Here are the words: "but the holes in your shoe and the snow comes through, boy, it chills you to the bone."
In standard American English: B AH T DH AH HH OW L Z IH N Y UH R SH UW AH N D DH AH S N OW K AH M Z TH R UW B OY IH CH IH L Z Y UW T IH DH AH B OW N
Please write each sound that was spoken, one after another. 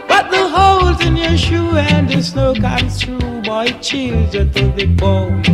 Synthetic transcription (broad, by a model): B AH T DH AH HH OW L Z IH N Y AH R SH UW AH N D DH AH S N OW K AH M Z T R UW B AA IH CH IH L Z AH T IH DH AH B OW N